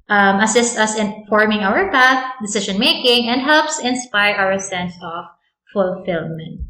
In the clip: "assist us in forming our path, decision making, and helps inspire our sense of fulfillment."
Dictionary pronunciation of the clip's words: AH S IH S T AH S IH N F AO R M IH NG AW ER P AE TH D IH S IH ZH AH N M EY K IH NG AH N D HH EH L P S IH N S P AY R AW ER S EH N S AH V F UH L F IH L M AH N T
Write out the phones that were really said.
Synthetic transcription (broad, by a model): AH S IH S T AH S IH N F AO R M IH NG AW ER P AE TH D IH S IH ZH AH N M EY K IH NG AH N D HH EH L P S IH N S P AY R AW ER S EH N S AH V F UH L F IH L M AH N T